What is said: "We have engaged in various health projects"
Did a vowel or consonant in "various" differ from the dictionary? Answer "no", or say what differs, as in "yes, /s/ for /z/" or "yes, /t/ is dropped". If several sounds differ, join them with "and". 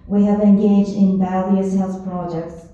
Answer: yes, /b/ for /v/